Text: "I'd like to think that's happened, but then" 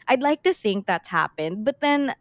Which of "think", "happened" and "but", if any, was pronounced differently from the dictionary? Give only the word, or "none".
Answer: none